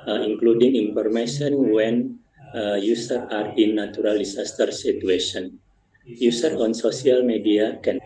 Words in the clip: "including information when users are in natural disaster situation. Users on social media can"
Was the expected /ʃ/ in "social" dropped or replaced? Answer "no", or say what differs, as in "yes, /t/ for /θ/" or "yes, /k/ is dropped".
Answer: yes, /s/ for /ʃ/